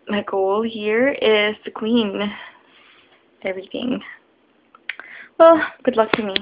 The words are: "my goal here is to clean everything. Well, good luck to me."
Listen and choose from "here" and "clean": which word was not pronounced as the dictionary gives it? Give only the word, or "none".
clean